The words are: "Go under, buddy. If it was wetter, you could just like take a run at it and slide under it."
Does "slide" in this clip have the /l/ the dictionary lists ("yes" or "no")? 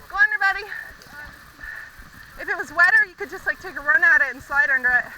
no